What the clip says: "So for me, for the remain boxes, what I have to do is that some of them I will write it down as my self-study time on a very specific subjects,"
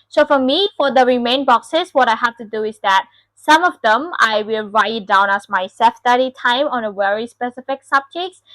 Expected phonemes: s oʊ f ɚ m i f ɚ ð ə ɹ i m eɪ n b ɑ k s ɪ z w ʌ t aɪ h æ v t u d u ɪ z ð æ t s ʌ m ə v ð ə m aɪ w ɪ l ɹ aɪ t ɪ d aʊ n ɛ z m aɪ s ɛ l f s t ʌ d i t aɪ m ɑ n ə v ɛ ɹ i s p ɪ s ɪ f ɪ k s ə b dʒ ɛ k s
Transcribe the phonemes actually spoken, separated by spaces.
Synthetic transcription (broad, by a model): s oʊ f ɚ m i f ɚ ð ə ɹ i m eɪ n b ɑ k s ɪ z w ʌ t aɪ h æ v t u d u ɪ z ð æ t s ʌ m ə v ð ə m aɪ w ɪ l ɹ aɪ ɪ d aʊ n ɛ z m aɪ s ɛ f s t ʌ d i t aɪ m ɑ n ə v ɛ ɹ i s p ɪ s ɪ f ɪ k s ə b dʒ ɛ k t